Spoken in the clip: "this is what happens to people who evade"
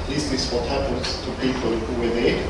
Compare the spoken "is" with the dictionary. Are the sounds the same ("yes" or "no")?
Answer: no